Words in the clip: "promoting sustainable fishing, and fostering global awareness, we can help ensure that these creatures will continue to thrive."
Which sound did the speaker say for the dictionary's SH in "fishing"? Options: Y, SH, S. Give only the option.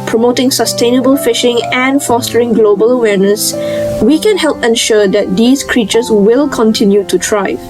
SH